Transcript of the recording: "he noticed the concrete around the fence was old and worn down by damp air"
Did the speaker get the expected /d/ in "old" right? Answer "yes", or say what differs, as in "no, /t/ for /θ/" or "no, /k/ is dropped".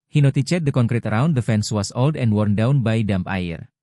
yes